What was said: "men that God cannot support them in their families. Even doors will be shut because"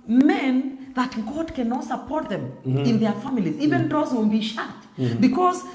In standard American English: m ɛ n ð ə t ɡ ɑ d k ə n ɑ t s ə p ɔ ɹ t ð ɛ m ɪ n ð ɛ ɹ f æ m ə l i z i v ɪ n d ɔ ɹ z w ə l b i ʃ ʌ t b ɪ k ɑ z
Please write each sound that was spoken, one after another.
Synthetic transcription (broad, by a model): m ɛ n ð ə t ɡ ɑ d k ə n ɑ t s ə p ɔ ɹ t ð ɛ m ɪ n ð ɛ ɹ f æ m ə l i z i v ɪ n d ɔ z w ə n b i ʃ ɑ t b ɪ k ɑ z